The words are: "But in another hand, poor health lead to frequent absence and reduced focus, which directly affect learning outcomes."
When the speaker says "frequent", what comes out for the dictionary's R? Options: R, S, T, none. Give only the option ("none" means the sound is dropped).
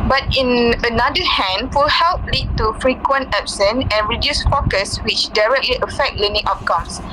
R